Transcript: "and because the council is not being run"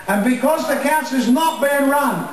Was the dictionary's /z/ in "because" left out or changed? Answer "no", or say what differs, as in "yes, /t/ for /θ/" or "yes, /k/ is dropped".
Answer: no